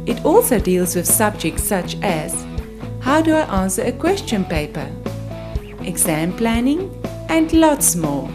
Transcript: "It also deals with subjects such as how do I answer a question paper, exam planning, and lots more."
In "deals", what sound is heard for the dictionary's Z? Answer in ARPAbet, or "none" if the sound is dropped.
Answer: Z